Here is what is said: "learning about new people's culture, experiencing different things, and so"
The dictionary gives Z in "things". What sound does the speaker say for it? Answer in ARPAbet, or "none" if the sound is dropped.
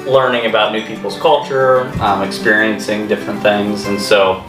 Z